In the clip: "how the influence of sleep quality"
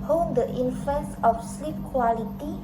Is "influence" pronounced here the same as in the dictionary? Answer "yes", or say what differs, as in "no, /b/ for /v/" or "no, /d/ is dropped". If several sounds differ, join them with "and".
no, /l/ is dropped